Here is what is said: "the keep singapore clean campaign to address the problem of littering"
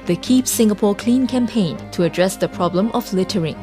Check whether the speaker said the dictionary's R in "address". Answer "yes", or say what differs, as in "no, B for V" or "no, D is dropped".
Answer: yes